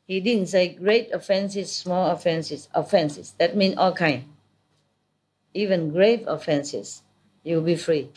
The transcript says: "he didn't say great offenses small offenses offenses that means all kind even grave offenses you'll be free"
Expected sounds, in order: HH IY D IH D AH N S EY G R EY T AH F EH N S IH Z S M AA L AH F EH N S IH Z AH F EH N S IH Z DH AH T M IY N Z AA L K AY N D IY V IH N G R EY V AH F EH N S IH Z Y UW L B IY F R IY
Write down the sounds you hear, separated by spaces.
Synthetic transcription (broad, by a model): HH IY D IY D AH N S EY G R EY T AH F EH N S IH S M AA L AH F EH N S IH S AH F EH N S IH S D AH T M IY N AA L K AY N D IY V IH N G R EY V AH F EH N S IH S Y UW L B IY F R IY